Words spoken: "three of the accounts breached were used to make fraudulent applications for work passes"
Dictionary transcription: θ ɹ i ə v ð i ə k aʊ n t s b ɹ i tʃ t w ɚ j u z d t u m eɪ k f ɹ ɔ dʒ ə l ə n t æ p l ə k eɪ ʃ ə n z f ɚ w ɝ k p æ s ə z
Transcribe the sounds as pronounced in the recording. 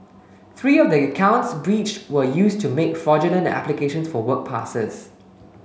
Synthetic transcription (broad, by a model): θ ɹ i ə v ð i ə k aʊ n t s b ɹ i tʃ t w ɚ j u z t u m eɪ k f ɹ ɔ dʒ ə n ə n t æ p l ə k eɪ ʃ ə n s f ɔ w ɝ k p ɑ s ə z